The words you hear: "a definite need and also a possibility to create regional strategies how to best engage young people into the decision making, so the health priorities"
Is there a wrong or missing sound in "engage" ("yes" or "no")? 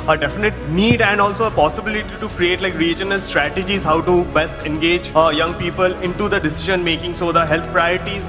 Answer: no